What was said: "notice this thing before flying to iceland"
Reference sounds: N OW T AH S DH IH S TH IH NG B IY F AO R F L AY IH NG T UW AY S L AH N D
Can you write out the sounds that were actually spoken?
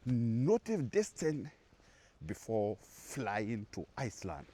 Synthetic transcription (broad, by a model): N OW T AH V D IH S T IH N B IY F AO F L AY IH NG T UW AY S L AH N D